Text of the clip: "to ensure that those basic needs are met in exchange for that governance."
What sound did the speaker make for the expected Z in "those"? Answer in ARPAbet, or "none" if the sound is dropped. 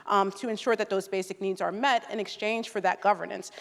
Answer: Z